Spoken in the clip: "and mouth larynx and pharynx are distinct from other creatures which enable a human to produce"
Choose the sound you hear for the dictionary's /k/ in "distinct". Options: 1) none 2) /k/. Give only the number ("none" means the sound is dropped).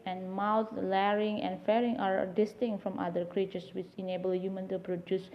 1